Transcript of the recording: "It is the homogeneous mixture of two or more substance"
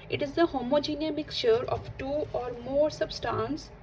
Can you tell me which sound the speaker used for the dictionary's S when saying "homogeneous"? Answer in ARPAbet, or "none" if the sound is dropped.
none